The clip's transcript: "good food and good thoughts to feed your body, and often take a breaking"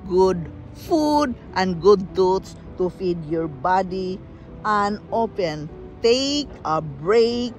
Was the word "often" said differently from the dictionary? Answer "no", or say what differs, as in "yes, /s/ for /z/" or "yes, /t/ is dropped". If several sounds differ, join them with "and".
yes, /p/ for /f/